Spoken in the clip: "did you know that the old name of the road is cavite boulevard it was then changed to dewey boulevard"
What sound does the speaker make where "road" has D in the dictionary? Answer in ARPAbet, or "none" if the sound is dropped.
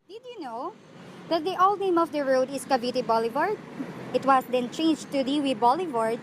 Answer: D